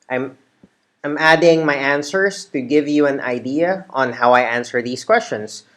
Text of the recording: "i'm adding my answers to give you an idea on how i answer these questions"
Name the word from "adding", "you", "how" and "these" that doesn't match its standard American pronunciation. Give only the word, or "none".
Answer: these